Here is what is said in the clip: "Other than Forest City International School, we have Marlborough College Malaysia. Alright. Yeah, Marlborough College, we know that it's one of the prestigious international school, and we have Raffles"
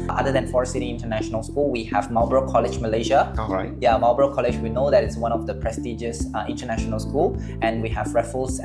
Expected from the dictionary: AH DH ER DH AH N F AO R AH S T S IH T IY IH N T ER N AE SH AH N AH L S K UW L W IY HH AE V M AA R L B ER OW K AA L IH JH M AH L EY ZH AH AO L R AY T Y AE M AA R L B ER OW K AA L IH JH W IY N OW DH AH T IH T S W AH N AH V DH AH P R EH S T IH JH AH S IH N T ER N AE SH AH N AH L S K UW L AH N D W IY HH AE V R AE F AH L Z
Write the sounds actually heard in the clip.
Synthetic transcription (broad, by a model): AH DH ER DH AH N F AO R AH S S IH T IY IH N T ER N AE SH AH N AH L S K UW L W IY HH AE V M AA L B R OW K AA L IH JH M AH L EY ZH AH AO R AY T Y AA M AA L B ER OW K AA L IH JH W IY N OW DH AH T IH T S W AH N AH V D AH P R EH S T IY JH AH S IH N T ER N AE SH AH N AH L S K UW L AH N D W IY HH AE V R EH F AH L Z